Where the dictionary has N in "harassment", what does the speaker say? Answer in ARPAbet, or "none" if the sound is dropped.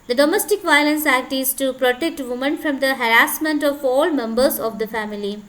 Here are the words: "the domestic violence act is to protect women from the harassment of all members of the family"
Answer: N